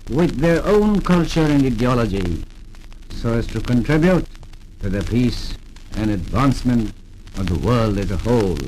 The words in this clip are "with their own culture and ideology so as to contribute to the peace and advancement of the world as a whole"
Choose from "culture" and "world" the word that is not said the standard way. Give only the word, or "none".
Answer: none